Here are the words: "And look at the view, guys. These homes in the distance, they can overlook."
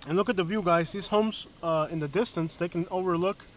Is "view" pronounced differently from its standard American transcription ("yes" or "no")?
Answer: no